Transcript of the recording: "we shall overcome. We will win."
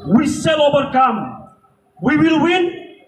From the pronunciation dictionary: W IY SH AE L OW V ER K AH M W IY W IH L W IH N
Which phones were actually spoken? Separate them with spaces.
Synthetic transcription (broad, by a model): W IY S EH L OW V ER K AH M W IY W IH L W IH N